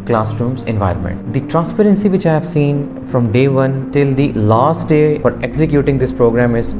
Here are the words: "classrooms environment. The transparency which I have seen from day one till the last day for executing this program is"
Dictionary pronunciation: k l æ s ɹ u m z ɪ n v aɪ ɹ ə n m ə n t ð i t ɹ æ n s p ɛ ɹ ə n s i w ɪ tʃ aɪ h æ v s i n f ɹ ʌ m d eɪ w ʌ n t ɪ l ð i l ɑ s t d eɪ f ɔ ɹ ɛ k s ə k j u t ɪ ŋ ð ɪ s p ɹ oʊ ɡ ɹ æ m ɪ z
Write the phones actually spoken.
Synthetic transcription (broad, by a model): k l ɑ s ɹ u m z ɪ n v aɪ ɹ ə n m ə n t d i t ɹ æ n s p ɛ ɹ ə n s i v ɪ tʃ aɪ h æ v s i n f ɹ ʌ m d eɪ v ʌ n t ɪ l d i l ɑ s t d eɪ f ɔ ɹ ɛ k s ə k j u t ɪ ŋ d ɪ s p ɹ oʊ ɡ ɹ æ m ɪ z